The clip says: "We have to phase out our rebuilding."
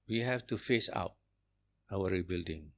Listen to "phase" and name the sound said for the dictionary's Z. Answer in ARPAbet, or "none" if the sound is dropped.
S